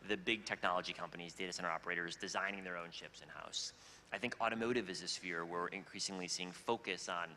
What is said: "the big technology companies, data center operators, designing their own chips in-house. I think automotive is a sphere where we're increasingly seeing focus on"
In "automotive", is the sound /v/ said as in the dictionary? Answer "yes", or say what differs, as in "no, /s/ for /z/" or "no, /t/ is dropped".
yes